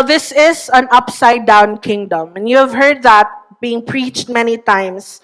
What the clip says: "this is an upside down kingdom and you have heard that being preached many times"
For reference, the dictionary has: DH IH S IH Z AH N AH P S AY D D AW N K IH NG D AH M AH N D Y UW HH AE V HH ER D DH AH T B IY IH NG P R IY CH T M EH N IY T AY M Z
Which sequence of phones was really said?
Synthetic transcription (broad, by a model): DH IH S IH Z AH N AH P S AY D D AW N K IH NG D AH M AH N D Y UW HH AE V HH ER D DH AH T B IY IH NG P R IY CH T M EH N IY T AY M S